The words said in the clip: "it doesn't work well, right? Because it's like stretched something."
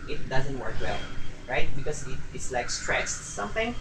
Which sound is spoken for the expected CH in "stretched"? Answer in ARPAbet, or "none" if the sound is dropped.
S